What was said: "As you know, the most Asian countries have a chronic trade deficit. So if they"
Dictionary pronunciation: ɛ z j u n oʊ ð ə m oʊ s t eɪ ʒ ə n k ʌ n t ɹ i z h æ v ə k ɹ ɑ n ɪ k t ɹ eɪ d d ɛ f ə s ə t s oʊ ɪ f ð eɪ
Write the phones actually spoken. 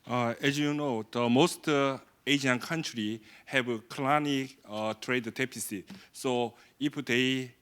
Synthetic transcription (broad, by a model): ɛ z j u n oʊ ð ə m oʊ s t eɪ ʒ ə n k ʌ n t ɹ i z h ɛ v k l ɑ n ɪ t ɹ eɪ d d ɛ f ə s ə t s oʊ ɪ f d eɪ